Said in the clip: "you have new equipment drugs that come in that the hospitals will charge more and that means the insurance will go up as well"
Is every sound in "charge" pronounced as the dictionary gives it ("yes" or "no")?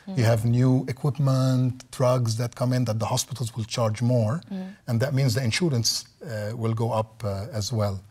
yes